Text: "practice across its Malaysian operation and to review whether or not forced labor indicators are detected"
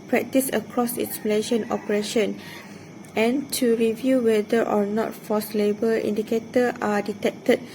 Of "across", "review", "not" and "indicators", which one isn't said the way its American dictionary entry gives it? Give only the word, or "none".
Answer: indicators